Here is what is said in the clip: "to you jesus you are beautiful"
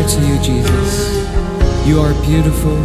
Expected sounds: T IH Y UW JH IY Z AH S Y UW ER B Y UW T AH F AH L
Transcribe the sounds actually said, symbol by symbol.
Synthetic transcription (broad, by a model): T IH Y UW JH IY Z AH S Y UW ER B Y UW T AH F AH L